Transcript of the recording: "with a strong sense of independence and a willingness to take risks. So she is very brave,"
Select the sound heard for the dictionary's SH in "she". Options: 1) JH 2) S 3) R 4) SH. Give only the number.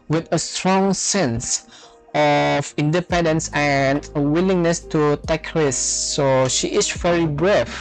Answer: 4